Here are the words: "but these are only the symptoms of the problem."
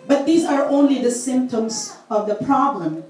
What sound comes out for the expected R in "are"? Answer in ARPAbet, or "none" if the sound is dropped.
R